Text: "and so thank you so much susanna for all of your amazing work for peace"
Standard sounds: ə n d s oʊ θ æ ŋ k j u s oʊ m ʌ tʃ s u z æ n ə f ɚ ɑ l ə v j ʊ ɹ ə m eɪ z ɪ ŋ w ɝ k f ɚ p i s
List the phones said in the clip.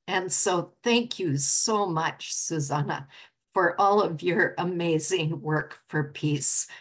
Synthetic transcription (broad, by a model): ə n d s oʊ θ æ ŋ k j u s oʊ m ʌ tʃ s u z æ n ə f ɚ ɑ l ə v j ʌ ɹ ə m eɪ z ɪ ŋ w ɝ k f ɚ p i s